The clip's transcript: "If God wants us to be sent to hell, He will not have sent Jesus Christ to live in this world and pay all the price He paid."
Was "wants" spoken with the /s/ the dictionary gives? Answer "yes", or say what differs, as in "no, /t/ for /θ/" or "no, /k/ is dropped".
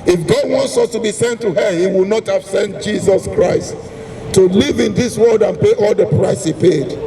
yes